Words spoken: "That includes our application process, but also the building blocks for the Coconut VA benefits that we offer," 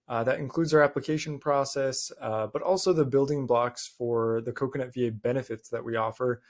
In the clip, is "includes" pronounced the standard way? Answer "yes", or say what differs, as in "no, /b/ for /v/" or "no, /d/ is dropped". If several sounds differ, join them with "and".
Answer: yes